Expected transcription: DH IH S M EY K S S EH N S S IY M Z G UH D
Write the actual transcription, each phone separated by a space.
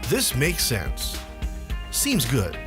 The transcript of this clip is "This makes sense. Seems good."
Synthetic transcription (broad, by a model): DH IH S M EY K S S EH N S S IY M Z G UH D